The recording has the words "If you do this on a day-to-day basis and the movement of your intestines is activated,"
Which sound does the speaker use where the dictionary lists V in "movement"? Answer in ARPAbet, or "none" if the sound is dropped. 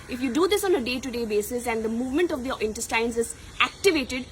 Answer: V